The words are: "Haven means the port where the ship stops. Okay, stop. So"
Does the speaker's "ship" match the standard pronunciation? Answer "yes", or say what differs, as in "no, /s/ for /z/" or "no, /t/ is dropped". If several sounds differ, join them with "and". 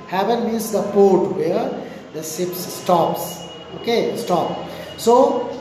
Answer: no, /s/ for /ʃ/